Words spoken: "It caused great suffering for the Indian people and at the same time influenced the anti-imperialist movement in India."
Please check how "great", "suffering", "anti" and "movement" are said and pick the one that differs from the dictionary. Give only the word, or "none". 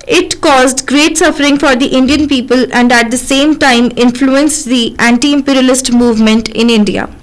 none